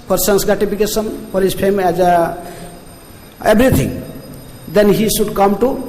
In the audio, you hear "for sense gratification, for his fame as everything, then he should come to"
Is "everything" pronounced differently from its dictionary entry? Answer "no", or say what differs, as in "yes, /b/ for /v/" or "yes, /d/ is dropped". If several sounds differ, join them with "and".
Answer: yes, /b/ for /v/ and /t/ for /θ/